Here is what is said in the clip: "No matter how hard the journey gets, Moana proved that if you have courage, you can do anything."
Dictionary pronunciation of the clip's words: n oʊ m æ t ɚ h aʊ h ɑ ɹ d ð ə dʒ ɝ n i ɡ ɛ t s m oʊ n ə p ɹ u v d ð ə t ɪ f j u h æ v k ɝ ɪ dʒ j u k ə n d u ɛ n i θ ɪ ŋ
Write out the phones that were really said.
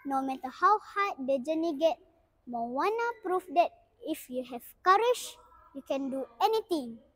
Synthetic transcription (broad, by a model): n oʊ m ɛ t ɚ h aʊ h ɑ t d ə dʒ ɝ n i ɡ ɛ t m oʊ n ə p ɹ u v d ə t ɪ f j u h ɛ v k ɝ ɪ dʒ j u k ə n d u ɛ n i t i ŋ